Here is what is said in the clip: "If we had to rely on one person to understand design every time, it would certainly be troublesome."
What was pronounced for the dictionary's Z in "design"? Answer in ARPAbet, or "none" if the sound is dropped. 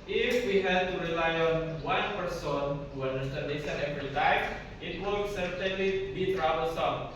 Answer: S